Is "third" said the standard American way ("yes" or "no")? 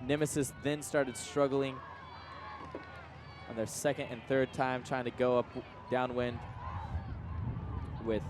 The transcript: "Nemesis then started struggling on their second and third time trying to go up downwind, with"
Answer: yes